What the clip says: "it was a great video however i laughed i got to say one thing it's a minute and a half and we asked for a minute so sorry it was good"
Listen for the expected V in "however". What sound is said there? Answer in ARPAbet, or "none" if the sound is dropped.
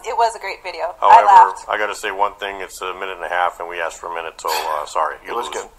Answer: none